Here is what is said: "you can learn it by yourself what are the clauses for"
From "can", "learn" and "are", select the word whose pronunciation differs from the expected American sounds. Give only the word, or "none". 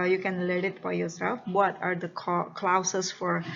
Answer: learn